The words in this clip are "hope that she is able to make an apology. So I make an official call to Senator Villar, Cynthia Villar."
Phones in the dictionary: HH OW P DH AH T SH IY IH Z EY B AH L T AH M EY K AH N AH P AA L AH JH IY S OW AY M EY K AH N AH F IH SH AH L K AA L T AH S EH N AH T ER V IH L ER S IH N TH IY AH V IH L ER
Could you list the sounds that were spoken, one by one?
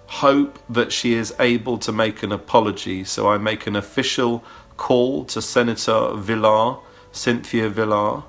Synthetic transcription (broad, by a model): HH OW P DH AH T SH IY IH Z EY B AH L T AH M EY K AH N AH P AA L AH JH IY S OW AY M EY K AH N AH F IH SH AH L K AA L T AH S EH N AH T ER V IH L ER S IH N TH IY AH V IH L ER